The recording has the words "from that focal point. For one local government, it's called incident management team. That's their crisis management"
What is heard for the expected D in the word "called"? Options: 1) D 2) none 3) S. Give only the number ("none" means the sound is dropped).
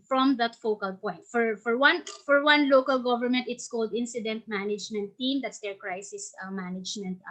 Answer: 1